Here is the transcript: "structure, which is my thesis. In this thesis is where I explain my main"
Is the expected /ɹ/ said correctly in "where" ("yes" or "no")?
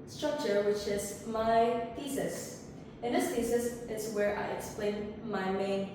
yes